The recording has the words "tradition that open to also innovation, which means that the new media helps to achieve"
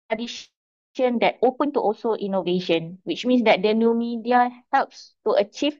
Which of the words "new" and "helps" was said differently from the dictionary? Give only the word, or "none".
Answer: none